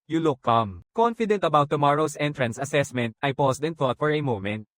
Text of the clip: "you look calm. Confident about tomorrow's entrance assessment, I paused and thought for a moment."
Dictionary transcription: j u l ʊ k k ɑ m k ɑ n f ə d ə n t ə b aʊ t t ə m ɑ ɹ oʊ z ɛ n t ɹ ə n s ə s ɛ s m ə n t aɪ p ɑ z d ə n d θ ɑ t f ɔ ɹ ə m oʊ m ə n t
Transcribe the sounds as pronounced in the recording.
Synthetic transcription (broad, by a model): j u l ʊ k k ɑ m k ɑ n f ə d ə n t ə b aʊ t t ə m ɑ ɹ oʊ s ɛ n t ɹ ə n s ə s ɛ s m ə n t aɪ p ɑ s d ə n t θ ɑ t f ɔ ɹ ə m oʊ m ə n t